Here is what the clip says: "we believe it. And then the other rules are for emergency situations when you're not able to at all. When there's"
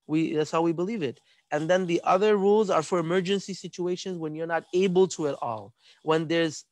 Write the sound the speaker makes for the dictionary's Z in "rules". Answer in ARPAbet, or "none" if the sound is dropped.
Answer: Z